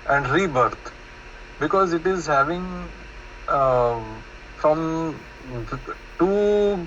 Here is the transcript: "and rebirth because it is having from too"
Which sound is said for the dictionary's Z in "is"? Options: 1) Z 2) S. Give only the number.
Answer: 1